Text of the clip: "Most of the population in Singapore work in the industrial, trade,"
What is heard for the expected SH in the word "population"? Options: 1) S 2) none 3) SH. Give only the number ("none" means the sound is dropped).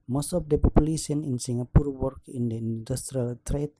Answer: 1